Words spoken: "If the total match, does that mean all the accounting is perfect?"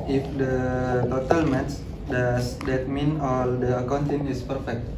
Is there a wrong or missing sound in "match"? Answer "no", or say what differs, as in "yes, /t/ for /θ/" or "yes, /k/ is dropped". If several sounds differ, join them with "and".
yes, /s/ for /tʃ/